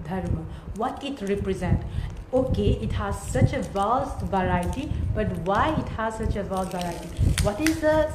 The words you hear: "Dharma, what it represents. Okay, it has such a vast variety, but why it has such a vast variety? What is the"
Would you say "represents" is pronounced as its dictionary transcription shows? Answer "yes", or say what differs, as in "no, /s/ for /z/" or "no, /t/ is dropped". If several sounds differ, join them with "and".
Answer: no, /s/ is dropped